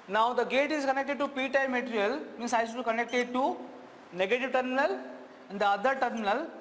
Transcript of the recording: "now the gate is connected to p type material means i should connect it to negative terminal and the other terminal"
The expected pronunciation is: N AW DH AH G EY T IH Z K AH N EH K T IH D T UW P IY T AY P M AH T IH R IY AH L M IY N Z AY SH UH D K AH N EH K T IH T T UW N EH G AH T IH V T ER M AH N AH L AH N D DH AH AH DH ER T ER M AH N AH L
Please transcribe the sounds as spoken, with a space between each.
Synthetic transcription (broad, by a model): N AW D AH G EY T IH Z K AH N EH K T IH D T UW P IY T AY M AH T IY R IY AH L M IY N S AY S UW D K AH N EH K T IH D T UW N EH G AH T IH V T ER M AH N AH L AH N D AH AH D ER T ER M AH N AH L